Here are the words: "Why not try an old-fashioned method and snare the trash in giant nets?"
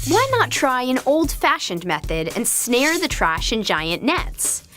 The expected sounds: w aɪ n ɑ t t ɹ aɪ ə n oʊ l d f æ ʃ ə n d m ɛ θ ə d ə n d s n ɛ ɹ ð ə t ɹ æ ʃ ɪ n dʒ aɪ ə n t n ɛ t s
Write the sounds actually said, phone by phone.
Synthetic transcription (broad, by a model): w aɪ n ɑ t t ɹ aɪ ə n oʊ l d f æ ʃ ə n d m ɛ θ ə d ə n s n ɛ ɹ ð ə t ɹ æ ʃ ɪ n dʒ aɪ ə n n ɛ t s